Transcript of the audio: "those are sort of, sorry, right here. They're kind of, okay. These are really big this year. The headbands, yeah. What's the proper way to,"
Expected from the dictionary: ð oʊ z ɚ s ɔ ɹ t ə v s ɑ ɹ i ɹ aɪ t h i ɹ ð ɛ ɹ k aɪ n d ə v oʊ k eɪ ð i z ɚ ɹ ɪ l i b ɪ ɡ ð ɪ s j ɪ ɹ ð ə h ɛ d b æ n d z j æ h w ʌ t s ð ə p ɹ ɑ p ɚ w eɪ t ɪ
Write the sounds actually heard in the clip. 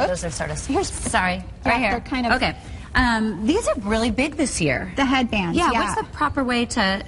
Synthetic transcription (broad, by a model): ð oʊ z ɚ s ɔ ɹ t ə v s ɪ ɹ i ɹ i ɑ h i ɹ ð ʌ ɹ k aɪ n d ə oʊ k eɪ ð i z ɚ ɹ ɪ l i b ɪ ɡ ð ɪ s j ɪ ɹ ð ə h ɛ d b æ n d j æ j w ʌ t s ð ə p ɹ ɑ p ɚ w eɪ t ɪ